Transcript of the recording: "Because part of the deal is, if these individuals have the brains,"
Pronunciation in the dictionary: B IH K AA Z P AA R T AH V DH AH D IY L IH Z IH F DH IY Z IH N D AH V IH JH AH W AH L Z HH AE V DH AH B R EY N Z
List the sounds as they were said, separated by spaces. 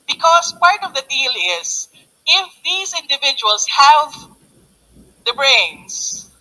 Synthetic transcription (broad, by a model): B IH K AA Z P AA R T AH V DH AH D IY L IH Z IH F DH IY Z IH N D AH V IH JH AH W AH L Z HH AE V DH AH B R EY N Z